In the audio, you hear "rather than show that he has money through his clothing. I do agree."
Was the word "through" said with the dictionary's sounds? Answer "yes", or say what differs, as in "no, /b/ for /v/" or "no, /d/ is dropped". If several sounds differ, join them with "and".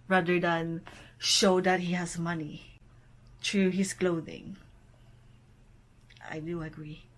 no, /t/ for /θ/